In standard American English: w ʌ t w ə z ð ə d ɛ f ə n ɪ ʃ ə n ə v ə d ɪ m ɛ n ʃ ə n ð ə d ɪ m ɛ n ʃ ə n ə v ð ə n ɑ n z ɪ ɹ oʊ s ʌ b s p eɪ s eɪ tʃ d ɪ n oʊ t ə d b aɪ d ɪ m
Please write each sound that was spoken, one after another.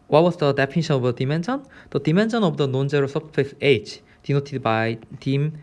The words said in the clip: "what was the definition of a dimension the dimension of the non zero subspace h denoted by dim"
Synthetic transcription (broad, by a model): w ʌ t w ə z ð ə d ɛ p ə n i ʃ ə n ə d ə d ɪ m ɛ n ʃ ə n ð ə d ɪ m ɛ n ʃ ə n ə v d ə n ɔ n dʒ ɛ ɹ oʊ s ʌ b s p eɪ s eɪ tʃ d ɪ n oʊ t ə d b aɪ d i m